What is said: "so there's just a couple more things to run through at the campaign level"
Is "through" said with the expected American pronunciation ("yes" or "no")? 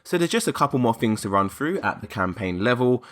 yes